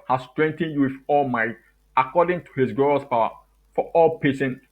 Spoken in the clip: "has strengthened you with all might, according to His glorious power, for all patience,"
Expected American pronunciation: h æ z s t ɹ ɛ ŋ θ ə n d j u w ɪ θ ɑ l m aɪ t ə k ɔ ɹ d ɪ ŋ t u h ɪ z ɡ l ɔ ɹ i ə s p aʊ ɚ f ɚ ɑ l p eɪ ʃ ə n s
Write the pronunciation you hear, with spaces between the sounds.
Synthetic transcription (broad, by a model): h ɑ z s t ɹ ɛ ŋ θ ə n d j u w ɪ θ ɑ l m aɪ t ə k ɔ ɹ d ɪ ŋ t u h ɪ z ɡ ɔ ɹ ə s p aʊ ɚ f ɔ ɑ l p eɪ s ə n